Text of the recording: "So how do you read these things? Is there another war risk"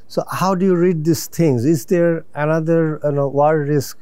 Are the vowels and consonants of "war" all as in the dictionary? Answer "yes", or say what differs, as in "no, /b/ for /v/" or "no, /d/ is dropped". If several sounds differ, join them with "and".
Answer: no, /w/ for /ɹ/